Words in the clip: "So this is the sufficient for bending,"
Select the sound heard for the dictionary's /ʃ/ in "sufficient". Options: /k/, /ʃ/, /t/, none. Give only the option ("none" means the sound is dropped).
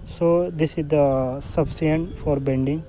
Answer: none